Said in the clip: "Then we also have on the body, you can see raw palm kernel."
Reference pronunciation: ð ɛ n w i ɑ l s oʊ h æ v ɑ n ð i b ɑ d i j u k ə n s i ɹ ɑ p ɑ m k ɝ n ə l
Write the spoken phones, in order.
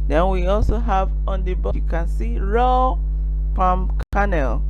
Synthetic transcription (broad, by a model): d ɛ n w i ɑ l s oʊ h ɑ v ɑ n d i b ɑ j u k ə n s i ɹ ɑ p ɑ m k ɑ n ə l